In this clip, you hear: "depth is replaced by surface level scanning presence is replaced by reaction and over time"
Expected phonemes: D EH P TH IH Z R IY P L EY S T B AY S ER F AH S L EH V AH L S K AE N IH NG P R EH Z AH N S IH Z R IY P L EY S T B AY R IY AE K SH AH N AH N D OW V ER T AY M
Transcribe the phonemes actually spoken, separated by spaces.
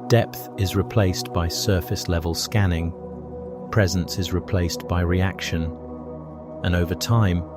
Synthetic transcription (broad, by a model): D EH P TH IH Z R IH P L EY S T B AY S ER F AH S L EH V AH L S K AE N IH NG P R EH Z AH N S IH Z R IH P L EY S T B AY R IY AE K SH AH N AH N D OW V ER T AY M